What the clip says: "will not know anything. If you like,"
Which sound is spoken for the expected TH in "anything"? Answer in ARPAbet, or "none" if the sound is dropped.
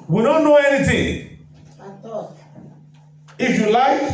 T